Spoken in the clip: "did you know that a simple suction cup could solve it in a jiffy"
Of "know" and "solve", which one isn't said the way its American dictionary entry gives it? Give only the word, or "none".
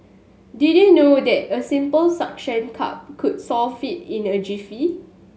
solve